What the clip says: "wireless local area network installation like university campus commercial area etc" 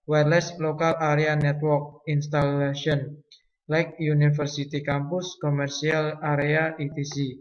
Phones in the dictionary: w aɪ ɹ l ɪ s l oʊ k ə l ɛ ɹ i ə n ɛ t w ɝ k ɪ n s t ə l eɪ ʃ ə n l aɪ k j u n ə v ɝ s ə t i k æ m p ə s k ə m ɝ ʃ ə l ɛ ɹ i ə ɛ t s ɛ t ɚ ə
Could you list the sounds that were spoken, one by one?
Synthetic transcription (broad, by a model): w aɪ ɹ l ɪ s l oʊ k ə l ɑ ɹ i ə n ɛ t w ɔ k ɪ n s t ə l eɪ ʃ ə n l aɪ k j u n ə f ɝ s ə t i k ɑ m p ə s k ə m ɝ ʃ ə l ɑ ɹ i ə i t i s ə